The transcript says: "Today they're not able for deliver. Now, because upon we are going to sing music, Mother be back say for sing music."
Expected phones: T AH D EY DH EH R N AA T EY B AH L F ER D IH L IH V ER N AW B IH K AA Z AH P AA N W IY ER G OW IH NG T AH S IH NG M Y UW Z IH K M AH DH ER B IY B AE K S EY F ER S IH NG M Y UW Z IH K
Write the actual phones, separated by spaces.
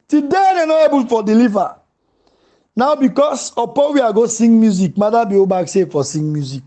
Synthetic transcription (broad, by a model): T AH D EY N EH N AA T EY B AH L F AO D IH L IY V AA N AW B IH K AA S AH P AA N W IY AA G OW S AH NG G M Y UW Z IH K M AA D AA B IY B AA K S EY F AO S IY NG M Y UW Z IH K